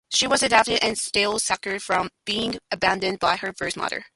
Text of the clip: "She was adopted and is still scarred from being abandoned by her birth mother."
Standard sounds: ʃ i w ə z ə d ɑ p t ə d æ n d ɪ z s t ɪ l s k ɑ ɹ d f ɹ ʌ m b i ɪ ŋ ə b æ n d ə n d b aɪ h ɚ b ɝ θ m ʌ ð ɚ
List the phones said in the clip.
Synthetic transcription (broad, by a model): ʃ i w ə z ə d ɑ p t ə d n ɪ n s t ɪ l s k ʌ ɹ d f ɹ ʌ m b i ɪ ŋ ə b æ n d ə n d b aɪ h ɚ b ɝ s m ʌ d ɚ